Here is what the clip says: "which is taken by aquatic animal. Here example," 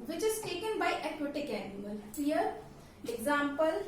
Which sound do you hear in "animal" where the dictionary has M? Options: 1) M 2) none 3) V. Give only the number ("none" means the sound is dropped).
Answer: 2